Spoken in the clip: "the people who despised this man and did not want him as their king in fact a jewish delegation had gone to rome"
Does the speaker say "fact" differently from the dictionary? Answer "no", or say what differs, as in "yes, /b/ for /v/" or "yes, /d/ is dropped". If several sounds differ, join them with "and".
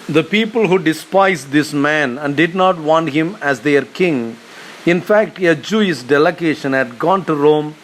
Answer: no